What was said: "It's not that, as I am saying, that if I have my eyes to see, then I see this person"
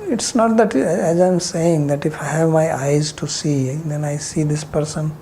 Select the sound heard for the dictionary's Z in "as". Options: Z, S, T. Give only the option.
Z